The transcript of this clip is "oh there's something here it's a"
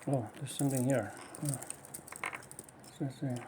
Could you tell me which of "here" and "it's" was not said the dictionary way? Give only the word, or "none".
it's